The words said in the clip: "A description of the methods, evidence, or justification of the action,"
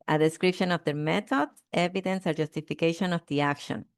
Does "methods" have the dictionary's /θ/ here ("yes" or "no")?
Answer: no